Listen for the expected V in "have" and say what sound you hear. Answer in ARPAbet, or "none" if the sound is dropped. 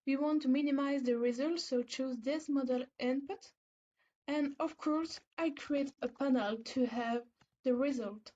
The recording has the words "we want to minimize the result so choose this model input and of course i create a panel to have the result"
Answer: V